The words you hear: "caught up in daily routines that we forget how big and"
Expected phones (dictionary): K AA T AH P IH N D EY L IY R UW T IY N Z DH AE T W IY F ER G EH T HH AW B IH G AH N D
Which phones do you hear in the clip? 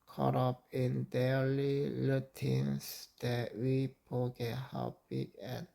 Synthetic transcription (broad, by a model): K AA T AH P IH N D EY L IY L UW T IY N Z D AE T W IY P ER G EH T HH AW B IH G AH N